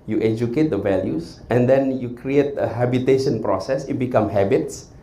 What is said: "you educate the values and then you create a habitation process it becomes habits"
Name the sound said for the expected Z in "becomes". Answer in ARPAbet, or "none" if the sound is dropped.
none